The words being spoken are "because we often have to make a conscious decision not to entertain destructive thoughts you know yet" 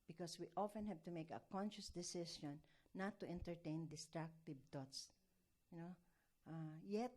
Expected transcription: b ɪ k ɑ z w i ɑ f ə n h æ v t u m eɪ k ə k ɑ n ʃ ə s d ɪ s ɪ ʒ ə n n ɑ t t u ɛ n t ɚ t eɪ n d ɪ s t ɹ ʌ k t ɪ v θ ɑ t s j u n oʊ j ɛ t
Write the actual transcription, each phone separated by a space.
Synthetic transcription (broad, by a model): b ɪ k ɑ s w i ɑ f ə n h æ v t u m eɪ k ə k ɑ n ʃ ə s d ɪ s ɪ ʃ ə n n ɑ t t u ɛ n t ɚ t eɪ n d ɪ s t ɹ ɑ k t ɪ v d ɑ t s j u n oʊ j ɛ t